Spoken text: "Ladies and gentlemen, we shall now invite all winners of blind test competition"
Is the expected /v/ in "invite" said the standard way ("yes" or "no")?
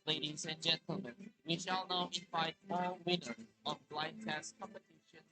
no